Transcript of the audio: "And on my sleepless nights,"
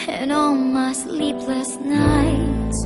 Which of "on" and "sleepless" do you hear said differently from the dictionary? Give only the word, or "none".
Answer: on